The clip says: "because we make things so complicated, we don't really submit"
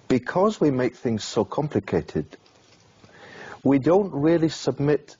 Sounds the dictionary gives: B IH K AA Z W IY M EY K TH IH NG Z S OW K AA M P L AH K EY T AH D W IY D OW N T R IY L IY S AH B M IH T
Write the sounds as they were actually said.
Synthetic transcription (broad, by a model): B IH K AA Z W IY M EY K TH IH NG Z S OW K AA M P L AH K EY T AH D W IY D OW N T R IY L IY S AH B M IH T